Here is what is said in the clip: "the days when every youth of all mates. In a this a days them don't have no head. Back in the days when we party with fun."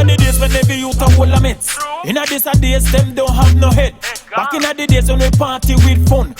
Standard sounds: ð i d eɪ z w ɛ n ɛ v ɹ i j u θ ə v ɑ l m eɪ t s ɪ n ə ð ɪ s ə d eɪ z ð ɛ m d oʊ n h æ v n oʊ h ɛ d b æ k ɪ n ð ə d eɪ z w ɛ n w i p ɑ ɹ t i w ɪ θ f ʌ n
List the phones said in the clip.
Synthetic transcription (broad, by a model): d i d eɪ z w ɛ n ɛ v i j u t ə w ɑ l m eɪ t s ɪ n ə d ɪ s ə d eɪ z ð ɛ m d oʊ n h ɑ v n oʊ h ɛ d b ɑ k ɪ n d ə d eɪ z w ɛ n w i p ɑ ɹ t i w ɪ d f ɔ n